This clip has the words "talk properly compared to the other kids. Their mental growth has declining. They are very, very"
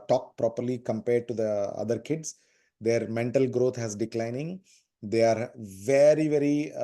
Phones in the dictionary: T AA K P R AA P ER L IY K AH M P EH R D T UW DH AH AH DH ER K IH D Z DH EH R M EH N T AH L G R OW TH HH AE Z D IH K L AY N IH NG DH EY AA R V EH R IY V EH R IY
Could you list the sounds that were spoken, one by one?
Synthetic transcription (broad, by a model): T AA K P R AA P ER L IY K AH M P EH R D T UW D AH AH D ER K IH D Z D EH R M EH N T AH L G R OW T HH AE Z D IH K L AY N IH NG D EY AA R V EH R IY V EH R IY